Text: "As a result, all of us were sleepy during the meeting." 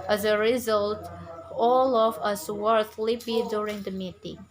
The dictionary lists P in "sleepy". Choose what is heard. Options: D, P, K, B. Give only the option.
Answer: B